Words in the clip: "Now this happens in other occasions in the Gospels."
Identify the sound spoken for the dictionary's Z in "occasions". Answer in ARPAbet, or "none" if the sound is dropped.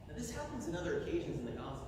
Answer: Z